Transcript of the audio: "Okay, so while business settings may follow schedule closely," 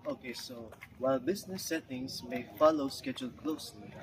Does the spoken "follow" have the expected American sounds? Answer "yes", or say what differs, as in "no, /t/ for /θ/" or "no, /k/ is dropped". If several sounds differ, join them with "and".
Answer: yes